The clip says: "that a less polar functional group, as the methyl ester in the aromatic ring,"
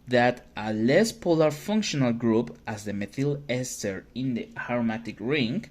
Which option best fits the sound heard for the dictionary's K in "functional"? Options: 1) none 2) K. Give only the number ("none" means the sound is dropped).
2